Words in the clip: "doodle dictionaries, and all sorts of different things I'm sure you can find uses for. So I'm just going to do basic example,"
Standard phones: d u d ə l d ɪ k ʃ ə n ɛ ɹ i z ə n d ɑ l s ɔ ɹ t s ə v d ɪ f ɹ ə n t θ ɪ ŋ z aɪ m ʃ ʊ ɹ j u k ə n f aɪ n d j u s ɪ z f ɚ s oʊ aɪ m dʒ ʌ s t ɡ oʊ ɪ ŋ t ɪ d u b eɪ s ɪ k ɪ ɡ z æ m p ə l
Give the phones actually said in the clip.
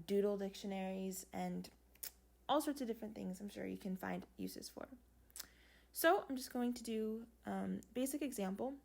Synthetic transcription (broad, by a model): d u d l d ɪ k ʃ ə n ɛ ɹ i z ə n ɑ l s ɔ ɹ t s ə v d ɪ f ɹ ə n θ ɪ ŋ z aɪ m ʃ ʊ ɹ j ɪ k ə n f aɪ n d j u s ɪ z f ɚ s oʊ aɪ m dʒ ʌ s ɡ oʊ ɪ ŋ t ɪ d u b eɪ s ɪ k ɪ ɡ z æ m p l